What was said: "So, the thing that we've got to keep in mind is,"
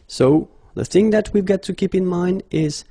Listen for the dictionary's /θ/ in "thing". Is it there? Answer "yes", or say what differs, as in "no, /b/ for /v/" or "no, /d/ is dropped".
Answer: yes